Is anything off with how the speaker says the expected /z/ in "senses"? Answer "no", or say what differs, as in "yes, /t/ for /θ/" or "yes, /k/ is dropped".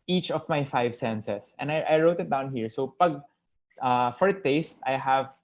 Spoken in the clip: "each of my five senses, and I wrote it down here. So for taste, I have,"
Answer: yes, /s/ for /z/